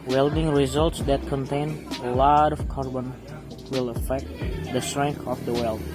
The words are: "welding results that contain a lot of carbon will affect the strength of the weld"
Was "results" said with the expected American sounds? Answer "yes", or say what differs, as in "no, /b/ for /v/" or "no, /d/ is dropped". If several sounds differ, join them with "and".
yes